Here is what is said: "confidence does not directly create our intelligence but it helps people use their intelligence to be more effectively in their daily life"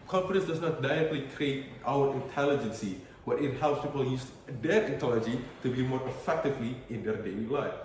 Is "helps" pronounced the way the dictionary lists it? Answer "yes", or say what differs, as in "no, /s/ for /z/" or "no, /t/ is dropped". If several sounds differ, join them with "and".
yes